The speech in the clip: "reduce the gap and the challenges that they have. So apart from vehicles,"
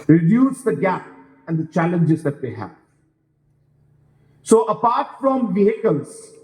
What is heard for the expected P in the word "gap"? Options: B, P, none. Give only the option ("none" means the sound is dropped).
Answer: P